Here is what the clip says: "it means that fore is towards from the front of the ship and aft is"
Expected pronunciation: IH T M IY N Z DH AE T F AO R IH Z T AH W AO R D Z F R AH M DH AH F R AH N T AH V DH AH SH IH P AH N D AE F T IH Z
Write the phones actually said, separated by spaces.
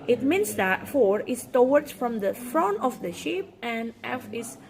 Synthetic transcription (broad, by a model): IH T M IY N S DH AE T F AO R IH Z T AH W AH R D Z F R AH M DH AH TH R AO N AH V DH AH SH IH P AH N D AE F IH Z